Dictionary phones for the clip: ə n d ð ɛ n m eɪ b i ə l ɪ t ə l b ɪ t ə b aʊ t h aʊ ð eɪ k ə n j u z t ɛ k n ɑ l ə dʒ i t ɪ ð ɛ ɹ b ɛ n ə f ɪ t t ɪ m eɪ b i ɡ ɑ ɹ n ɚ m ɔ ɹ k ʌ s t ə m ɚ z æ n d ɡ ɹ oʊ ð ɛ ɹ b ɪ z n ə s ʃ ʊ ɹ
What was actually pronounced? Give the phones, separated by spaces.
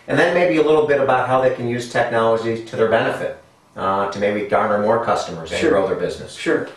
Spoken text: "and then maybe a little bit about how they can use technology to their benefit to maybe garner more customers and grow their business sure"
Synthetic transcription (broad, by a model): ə n ð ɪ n m eɪ b i ə l ɪ t l b ɪ t ə b aʊ t h aʊ ð eɪ k ə n j u z t ɛ k n ɑ l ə dʒ i t ɪ ð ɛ ɹ b ɛ n ə f ɪ t t ɪ m eɪ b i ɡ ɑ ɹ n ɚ m ɔ ɹ k ʌ s t ə m ɚ z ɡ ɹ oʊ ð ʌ ɹ b ɪ z n ə s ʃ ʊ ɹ